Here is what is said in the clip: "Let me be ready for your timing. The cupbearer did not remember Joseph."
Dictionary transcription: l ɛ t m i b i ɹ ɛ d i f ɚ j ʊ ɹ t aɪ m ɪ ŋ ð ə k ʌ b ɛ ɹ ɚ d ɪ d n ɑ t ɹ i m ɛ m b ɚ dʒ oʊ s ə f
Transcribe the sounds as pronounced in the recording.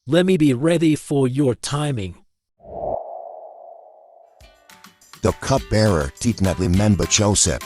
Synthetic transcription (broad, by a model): l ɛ t m i b i ɹ ɛ d i f ɚ j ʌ ɹ t aɪ m ɪ ŋ ð ə k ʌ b ɛ ɹ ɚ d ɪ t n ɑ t l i m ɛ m b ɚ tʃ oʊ s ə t